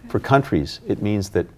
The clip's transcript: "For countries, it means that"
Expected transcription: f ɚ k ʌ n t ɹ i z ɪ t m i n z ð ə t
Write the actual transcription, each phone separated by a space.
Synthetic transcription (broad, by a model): f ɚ k ʌ n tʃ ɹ i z ɪ t m i n z ð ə t